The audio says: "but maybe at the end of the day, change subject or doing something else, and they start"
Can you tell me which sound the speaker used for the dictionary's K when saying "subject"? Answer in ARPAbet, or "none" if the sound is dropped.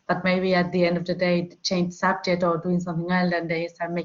none